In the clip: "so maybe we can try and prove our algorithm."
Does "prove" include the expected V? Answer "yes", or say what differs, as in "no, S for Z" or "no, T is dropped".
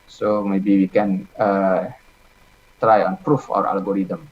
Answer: no, F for V